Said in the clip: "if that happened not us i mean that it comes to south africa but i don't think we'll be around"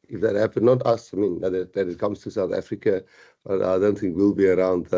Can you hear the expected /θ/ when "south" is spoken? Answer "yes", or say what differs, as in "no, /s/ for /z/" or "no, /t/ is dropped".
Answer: yes